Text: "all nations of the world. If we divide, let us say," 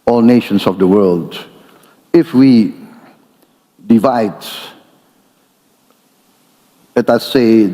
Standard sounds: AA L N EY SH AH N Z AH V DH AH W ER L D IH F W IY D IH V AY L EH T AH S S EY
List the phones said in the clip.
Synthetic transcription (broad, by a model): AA L N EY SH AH N S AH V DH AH W ER L D IH F W IY D IH V AY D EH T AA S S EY